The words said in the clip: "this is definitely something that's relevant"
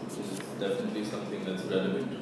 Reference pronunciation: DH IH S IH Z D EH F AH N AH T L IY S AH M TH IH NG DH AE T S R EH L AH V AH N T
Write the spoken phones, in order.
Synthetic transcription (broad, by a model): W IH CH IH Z D EH F AH N AH T L IY S AH M TH IH NG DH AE T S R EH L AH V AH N